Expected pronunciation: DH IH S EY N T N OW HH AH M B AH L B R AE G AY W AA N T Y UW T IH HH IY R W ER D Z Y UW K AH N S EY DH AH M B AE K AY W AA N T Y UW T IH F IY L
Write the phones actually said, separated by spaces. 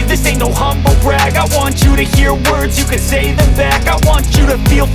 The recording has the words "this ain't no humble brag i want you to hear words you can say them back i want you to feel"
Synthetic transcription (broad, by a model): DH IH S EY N N OW HH AH M B L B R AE G AY W AA N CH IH T IH HH IY R W ER D Z Y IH K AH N S EY DH AH M B AE K AY W AA N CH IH T IH F IY L